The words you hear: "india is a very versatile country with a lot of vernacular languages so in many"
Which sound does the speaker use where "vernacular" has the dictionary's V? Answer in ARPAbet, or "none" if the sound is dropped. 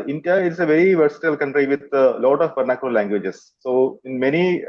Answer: P